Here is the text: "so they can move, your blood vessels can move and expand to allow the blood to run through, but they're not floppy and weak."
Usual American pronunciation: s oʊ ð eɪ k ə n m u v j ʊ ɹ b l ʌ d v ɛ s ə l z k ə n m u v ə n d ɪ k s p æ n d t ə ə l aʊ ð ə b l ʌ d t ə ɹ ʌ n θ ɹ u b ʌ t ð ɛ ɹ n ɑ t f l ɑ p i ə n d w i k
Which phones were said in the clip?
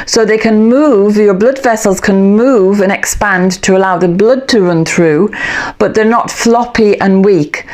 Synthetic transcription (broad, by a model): s oʊ ð eɪ k ə n m u v j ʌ ɹ b l ʌ d v ɛ s ə l z k ə n m u v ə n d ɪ k s p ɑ n t ə ə l aʊ ð ə b l ʌ d t ə ɹ ʌ n θ ɹ u b ʌ t ð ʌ ɹ n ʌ t f l ɑ p i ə n w i k